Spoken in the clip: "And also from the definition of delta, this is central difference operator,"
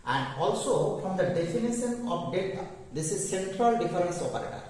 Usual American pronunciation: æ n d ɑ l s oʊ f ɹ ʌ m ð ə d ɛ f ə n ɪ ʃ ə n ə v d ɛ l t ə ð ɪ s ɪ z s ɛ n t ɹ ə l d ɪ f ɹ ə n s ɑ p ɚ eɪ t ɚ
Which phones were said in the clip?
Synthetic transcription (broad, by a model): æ n d ɑ l s oʊ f ɹ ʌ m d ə d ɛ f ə n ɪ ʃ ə n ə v d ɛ t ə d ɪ s ɪ z s ɛ n t ɹ ə l d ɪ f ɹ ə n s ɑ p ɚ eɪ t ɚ